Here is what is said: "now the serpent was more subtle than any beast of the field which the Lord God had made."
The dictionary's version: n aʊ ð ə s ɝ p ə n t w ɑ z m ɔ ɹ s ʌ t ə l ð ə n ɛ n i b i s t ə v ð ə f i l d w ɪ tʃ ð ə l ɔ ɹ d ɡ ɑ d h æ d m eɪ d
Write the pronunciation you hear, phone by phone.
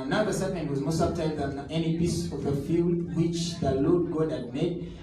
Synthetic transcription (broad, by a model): n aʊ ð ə s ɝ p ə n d w ɑ z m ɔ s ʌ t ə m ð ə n ɛ n i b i s ə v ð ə f i l d w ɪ tʃ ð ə l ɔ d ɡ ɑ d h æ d m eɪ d